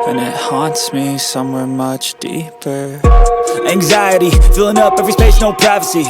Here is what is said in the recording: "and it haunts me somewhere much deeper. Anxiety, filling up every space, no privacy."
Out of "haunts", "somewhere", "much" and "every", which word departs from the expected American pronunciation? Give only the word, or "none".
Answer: none